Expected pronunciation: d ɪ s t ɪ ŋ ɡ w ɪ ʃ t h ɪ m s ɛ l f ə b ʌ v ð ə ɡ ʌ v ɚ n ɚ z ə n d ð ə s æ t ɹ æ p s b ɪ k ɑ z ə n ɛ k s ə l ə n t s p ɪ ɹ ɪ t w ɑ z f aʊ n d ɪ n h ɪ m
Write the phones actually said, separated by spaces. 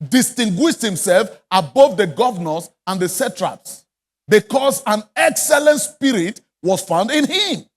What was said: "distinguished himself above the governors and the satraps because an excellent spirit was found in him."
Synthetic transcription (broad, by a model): d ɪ s t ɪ ŋ ɡ w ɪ ʃ t h ɪ m s ɛ l f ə b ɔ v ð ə ɡ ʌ v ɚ n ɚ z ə n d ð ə s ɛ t ɹ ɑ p s b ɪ k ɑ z ə n ɛ k s ə l ə n t s p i ɹ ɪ t w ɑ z f aʊ n d ɪ n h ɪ m